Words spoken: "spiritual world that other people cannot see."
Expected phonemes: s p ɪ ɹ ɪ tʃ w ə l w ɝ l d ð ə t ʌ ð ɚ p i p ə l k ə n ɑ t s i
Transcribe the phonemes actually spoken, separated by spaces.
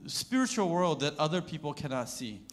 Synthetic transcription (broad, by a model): s p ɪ ɹ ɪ tʃ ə l w ɝ l d ð ə t ʌ ð ɚ p i p l k ə n ɑ t s i